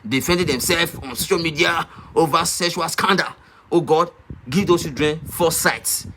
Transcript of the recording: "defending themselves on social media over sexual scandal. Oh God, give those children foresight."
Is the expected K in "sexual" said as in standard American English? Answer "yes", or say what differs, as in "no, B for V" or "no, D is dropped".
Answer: no, K is dropped